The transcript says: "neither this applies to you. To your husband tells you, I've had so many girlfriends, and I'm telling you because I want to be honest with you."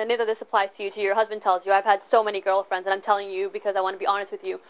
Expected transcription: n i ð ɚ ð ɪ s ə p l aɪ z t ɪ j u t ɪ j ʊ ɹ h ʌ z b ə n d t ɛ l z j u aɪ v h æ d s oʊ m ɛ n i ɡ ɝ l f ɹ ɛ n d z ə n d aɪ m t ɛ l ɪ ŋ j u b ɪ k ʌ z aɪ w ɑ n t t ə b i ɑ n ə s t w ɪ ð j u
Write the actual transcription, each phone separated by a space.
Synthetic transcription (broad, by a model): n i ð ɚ ð ɪ s ə p l aɪ z t ɪ j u t ɪ j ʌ ɹ h ʌ z b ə n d t ɛ l z j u aɪ v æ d s oʊ m ɛ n i ɡ ɝ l f ɹ ɛ n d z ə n aɪ m t ɛ l ɪ ŋ j u b ɪ k ʌ z aɪ w ɑ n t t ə b i ɑ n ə s t w ɪ ð j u